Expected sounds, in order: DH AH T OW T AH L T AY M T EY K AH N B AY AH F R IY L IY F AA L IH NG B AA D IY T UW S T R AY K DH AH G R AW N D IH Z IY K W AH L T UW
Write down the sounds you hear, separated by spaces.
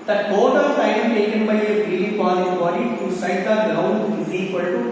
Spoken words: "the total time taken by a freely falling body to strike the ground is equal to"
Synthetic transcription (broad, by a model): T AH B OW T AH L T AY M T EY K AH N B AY AH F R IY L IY P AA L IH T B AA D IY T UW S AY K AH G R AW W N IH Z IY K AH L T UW